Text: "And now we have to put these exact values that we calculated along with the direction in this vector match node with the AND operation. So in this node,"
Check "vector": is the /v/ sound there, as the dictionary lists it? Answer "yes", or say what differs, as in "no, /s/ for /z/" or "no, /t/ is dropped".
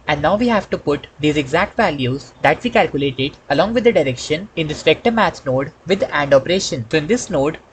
no, /p/ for /v/